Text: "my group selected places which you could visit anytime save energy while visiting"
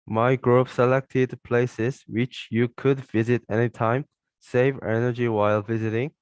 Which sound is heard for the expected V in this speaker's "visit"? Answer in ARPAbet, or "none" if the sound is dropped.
V